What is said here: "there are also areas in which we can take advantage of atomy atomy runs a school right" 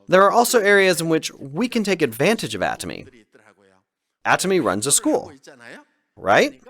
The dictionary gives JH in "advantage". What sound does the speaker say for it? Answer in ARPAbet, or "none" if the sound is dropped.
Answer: JH